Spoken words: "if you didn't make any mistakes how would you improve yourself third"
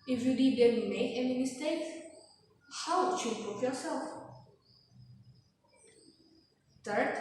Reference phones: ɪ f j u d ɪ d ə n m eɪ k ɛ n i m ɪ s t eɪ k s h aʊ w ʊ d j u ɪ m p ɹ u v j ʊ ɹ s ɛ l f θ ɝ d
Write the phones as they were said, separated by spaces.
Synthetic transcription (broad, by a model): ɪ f j u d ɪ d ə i m eɪ k ɛ n i m ɪ s t eɪ k s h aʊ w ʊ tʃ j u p u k j ʊ ɹ s ɛ l f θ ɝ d